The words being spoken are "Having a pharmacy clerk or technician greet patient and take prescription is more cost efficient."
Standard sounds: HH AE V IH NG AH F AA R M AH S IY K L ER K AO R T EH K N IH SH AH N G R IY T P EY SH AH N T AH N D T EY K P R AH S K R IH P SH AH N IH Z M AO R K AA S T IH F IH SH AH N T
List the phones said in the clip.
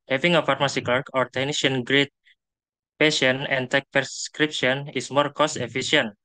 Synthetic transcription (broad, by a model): HH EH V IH NG AH F AA R M AH S IY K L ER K AO R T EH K N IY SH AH N G R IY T P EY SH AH N AH N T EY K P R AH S K R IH P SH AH N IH S M AO R K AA S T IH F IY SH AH N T